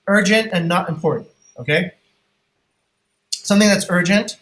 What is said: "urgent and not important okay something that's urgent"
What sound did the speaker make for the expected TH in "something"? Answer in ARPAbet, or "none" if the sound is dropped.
TH